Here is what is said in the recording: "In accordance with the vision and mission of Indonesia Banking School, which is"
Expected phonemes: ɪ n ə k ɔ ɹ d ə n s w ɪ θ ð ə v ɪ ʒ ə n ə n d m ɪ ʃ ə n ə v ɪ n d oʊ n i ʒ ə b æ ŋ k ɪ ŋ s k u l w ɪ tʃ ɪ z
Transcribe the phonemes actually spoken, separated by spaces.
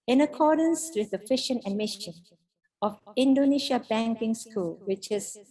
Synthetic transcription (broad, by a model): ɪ n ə k ɔ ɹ d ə n s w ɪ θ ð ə f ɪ ʃ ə n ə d m ɪ ʃ ə n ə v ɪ n d oʊ n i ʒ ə b æ ŋ k ɪ ŋ s k u l w ɪ tʃ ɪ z